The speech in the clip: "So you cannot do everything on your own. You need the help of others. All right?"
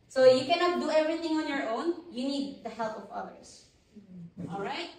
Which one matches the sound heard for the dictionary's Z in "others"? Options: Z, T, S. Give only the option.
S